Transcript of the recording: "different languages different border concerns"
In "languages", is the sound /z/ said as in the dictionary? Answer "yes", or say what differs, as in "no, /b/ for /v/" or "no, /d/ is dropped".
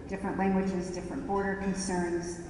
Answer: yes